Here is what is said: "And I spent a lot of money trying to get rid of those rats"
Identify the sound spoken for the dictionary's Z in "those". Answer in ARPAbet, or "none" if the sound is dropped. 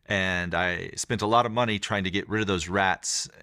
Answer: Z